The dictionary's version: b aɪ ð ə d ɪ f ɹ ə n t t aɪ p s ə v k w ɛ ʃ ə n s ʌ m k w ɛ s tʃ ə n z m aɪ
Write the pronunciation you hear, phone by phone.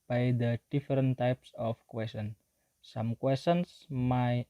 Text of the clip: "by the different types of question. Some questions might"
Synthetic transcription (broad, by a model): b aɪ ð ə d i f ɹ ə n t t aɪ p s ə f k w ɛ s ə n s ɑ m k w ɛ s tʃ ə n s m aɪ